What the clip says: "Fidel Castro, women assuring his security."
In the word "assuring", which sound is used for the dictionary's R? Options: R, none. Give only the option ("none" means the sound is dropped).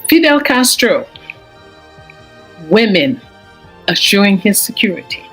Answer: R